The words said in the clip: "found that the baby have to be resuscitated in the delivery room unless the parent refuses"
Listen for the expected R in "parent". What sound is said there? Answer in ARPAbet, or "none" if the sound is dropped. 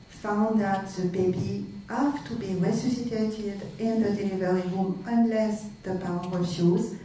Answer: W